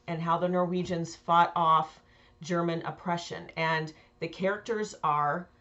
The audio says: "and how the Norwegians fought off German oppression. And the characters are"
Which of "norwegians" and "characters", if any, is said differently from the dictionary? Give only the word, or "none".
none